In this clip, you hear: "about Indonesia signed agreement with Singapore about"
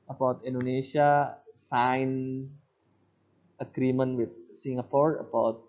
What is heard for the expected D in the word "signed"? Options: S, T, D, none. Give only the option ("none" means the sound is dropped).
none